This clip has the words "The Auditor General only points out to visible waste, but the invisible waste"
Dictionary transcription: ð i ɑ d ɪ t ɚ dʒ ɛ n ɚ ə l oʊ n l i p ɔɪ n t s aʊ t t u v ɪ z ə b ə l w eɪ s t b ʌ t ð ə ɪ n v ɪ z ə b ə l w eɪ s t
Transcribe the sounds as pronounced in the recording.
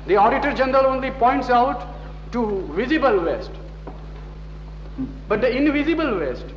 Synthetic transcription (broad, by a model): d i ɑ d ɪ t ɚ dʒ ɛ n ɚ ə l oʊ n l i p ɔɪ n t s aʊ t t u v ɪ z ə b ə l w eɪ s t b ʌ t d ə ɪ n v ɪ z ə b ə l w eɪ s t